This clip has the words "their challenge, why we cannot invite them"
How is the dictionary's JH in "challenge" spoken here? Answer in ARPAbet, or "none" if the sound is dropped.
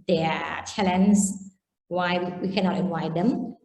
Z